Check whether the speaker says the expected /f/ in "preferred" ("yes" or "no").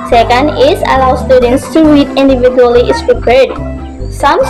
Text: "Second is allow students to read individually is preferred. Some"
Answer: no